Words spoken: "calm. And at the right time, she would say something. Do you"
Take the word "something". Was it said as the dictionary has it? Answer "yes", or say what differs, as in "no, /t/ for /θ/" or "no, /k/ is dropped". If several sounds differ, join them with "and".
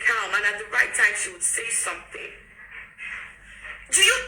yes